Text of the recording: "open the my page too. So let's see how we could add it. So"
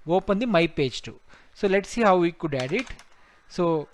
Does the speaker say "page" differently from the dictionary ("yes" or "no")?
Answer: no